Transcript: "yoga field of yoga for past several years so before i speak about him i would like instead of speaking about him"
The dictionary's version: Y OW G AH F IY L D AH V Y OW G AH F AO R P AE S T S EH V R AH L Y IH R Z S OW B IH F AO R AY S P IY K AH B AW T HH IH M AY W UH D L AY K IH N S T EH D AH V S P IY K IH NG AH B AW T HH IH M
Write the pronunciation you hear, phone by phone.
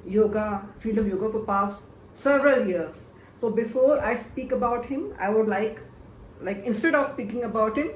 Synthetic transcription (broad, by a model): Y OW G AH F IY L AH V Y OW G AH F AO R P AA S T S EH V R AH L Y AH R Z S OW B IH F AO R AY S P IY K AH B AW T HH IH M AY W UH D L AY K IH N S T EH D AH V S P IY K IH NG AH B AW T HH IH M